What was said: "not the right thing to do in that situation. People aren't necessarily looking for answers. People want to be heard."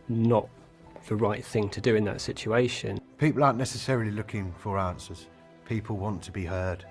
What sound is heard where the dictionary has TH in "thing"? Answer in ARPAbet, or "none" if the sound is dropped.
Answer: TH